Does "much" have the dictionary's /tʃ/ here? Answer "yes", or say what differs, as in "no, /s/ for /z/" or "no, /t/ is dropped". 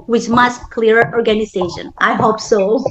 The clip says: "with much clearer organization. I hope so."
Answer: no, /s/ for /tʃ/